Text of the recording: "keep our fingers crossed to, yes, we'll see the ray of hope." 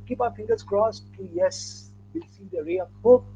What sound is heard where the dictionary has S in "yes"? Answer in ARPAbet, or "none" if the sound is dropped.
S